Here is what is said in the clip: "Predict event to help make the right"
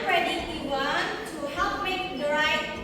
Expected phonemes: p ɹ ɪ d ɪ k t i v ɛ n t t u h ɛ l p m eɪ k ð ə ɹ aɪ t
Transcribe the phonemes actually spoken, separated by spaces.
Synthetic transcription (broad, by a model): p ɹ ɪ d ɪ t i w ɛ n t t u h ɛ l p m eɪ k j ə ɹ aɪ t